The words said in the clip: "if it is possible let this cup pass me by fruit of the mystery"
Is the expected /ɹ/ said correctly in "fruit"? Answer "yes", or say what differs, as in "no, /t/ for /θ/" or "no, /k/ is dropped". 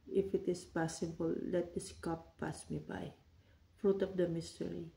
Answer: yes